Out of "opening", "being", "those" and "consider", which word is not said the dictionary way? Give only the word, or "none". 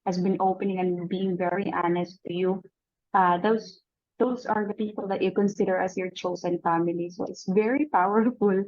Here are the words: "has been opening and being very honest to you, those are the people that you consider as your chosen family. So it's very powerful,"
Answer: those